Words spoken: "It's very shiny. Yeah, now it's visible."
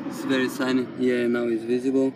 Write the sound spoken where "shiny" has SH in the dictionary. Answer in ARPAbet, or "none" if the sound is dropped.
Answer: S